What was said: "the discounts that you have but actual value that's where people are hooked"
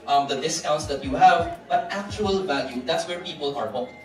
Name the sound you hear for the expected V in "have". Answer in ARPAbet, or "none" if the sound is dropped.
V